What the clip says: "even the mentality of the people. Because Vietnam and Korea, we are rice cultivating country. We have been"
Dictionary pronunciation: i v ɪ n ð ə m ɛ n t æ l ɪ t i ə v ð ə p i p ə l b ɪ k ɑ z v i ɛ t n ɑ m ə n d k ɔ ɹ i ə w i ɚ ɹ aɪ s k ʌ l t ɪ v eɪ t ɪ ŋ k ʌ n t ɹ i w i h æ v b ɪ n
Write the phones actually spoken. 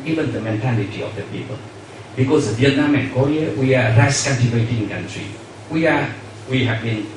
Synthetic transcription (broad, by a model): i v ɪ n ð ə m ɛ n t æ l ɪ t i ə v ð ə p i p ə l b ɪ k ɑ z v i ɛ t n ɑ m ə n k ɔ ɹ i ə w i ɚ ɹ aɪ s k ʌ n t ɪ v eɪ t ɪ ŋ k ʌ n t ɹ i w i h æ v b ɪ n